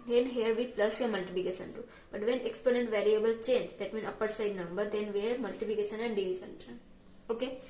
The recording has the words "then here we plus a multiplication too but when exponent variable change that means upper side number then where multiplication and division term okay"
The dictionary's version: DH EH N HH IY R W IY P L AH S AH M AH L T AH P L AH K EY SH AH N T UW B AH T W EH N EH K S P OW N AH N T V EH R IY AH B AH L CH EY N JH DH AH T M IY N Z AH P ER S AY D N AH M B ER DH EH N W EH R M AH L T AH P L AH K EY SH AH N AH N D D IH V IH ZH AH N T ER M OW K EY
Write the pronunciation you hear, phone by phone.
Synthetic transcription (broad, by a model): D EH N HH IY R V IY P L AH S AH M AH L T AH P L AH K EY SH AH N T UW B AH T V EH N EH K S P OW N AH N T V EH R IY AH B AH L CH EY N JH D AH T M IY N AH P ER S AY D N AH M B ER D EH N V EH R M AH L T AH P L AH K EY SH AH N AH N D D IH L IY S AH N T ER OW K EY